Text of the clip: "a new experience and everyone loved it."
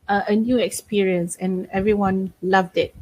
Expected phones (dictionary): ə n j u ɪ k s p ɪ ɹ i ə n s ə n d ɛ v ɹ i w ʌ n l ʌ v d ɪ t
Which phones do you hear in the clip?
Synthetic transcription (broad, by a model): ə n j u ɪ k s p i ɹ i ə n s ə n ɛ v ɹ i w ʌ n l ʌ v d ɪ t